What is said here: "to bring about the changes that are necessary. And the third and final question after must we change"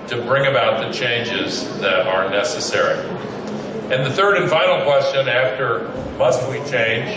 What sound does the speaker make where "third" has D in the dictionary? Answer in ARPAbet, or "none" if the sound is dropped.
D